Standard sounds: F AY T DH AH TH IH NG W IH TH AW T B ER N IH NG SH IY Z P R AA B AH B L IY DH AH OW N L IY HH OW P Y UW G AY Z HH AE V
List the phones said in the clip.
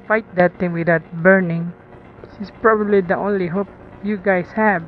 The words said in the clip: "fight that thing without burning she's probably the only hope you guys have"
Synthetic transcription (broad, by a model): F AY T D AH T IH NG W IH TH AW T B ER N IH NG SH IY S P R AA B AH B L IY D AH OW N L IY HH OW P Y UW G AY S HH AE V